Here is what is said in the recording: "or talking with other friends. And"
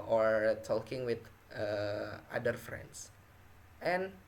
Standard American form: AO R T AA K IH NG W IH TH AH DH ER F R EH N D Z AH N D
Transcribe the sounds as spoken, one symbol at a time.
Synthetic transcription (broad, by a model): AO R T AA K IH NG W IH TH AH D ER F R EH N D S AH N